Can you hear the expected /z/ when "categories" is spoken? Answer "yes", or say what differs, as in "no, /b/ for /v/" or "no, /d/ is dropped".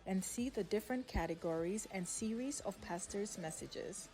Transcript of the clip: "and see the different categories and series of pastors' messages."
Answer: yes